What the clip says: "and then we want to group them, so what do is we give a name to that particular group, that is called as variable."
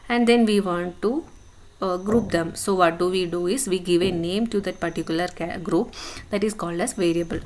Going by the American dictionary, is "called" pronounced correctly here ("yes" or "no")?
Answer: yes